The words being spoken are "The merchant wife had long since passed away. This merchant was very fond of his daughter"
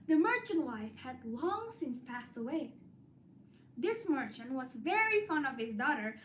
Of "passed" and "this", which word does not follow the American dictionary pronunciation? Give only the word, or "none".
none